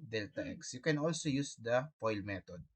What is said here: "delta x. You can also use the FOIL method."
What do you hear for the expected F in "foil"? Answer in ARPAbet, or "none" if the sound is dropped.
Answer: P